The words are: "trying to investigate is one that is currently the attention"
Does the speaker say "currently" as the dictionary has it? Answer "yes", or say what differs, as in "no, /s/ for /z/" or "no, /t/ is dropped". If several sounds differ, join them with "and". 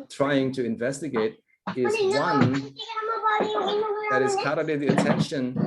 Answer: no, /n/ is dropped